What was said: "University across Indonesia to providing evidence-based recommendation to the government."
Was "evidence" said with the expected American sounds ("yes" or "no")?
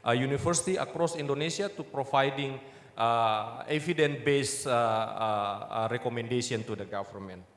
no